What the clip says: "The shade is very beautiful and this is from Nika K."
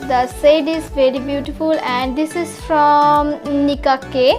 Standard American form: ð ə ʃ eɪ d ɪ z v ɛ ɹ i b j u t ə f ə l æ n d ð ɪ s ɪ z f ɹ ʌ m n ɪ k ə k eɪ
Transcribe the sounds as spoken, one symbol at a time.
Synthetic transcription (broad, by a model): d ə s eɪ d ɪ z v ɛ ɹ i b j u t ə f ə l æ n d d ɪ s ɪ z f ɹ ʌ m n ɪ k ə k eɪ